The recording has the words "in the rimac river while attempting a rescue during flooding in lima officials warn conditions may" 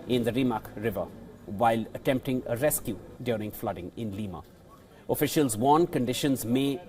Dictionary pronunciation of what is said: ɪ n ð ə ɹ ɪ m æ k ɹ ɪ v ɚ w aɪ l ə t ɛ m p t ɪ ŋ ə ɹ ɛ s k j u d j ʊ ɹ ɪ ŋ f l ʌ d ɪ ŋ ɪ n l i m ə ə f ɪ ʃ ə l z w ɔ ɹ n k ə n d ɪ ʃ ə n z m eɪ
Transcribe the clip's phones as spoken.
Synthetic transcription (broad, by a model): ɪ n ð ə ɹ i m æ k ɹ ɪ v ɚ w aɪ l ə t ɛ m p t ɪ ŋ ə ɹ ɛ s k j u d j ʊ ɹ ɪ ŋ f l ʌ d ɪ ŋ ɪ n l i m ə ə f ɪ ʃ ə l z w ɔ n k ə n d ɪ ʃ ə n z m eɪ